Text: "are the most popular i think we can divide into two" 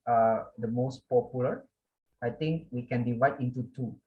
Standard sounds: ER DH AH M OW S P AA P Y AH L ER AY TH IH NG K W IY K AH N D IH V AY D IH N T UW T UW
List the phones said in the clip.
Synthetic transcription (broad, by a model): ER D AH M OW S P AA P Y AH L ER AY T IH NG K W IY K AH N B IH W AY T IH N T UW T UW